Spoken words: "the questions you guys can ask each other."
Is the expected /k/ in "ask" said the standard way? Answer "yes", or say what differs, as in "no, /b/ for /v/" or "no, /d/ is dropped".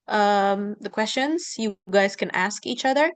yes